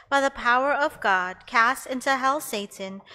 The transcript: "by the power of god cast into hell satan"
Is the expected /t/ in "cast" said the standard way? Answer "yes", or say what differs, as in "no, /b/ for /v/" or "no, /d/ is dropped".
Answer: yes